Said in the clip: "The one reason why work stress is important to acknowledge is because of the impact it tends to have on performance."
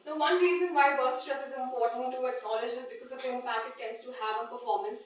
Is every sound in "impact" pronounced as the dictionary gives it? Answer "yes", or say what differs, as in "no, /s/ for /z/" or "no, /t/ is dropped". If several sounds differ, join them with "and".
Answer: no, /t/ is dropped